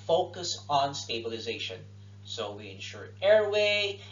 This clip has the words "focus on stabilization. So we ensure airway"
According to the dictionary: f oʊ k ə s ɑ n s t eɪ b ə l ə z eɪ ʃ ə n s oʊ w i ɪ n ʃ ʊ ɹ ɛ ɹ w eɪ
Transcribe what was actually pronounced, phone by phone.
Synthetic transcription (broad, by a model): f oʊ k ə s n s t eɪ b ə l ə z eɪ ʃ ə n s oʊ w i ɪ n ʃ ʊ ɹ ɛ ɹ w eɪ